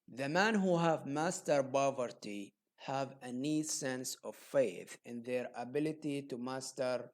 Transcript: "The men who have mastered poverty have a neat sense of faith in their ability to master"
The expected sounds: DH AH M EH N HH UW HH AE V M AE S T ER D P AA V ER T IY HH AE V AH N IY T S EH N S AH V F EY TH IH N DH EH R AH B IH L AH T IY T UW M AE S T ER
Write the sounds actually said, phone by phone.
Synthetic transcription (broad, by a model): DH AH M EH N HH UW HH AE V M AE S T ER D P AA V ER T IY HH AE V AH N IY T S EH N S AH V F EY TH IH N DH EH R AH B IH L AH T IY T UW M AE S T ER